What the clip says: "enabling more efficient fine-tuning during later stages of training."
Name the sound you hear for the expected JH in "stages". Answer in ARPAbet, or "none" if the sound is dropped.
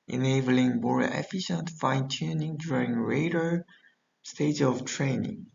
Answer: none